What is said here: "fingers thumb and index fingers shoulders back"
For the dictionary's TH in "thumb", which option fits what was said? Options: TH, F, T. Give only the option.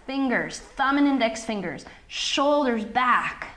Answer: TH